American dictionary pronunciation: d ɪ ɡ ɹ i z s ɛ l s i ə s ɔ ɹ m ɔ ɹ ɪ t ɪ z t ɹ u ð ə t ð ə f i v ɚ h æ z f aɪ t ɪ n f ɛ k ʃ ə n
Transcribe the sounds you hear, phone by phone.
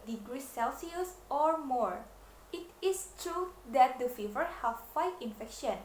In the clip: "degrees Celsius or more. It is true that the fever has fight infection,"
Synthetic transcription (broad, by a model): d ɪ ɡ ɹ i s ɛ l s i ə s ɔ ɹ m ɔ ɹ ɪ t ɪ s t ɹ u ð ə t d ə f i v ɚ h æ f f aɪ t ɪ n f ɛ k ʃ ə n